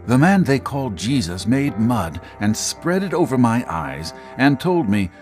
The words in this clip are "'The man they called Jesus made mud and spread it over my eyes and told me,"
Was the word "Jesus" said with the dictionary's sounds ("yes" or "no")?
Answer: yes